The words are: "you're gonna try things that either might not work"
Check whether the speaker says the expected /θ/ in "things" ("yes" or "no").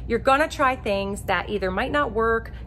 yes